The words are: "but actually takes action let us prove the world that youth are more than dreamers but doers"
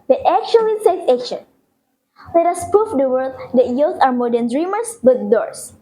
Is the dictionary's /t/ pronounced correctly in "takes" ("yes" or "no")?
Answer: no